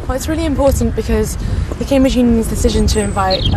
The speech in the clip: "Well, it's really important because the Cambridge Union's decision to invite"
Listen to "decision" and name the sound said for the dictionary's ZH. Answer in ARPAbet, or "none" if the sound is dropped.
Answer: ZH